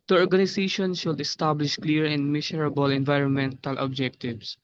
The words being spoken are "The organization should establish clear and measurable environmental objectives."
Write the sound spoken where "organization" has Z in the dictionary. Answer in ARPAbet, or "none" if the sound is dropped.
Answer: S